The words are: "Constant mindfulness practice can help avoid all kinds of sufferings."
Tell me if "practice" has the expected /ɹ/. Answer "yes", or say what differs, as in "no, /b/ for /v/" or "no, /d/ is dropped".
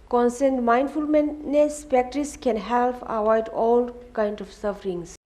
no, /ɹ/ is dropped